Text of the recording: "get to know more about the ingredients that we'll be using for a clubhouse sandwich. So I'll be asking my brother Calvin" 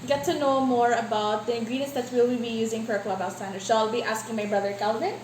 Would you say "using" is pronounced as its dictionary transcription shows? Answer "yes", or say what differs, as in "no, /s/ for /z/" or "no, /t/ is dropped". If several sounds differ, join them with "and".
yes